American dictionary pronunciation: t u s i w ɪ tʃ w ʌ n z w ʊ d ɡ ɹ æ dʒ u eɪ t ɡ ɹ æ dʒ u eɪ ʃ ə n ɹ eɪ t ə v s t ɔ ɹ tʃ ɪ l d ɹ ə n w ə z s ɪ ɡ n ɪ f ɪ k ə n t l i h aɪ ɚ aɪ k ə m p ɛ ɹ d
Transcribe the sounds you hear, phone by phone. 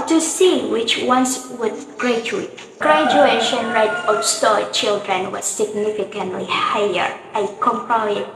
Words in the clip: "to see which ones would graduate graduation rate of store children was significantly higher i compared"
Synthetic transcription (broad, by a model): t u s i w ɪ tʃ w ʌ n s w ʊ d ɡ ɹ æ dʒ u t ɡ ɹ æ dʒ u eɪ ʃ ə n ɹ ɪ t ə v s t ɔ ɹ tʃ ɪ l d ɹ ə n w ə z s ɪ ɡ n ɪ f ɪ k ə n t l i h aɪ ɚ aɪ k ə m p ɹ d